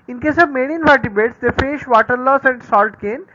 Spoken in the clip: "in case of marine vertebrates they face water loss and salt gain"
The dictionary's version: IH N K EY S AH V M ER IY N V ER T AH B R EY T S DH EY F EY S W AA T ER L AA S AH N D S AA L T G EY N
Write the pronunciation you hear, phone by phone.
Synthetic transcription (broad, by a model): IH N K EY S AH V M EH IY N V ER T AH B EY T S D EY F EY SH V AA T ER L AA S AH N D S AA L T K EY N